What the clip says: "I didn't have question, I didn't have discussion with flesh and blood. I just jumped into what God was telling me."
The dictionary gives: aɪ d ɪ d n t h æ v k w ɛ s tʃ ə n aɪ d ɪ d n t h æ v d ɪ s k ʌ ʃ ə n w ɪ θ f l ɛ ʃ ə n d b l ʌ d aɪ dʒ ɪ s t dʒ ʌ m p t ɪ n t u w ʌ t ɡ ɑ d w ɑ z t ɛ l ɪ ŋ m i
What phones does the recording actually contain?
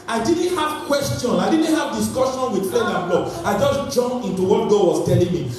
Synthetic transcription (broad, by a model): aɪ d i d n t h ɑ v k w ɛ s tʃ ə n aɪ d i d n t h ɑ v d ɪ s k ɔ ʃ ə n w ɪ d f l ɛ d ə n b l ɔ aɪ dʒ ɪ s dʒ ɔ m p ɪ n t u w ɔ t ɡ ɑ d w ɑ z t ɛ l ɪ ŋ m i